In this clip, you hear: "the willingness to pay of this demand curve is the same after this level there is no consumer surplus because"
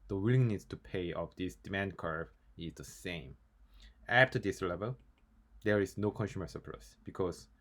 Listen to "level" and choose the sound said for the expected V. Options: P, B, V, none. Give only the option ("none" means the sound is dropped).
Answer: V